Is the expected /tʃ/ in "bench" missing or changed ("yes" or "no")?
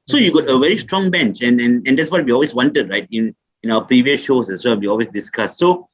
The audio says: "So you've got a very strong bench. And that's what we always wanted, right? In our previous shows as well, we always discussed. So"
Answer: no